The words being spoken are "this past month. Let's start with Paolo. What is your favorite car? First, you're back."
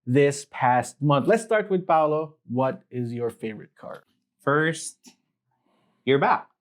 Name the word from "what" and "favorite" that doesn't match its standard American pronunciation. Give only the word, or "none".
none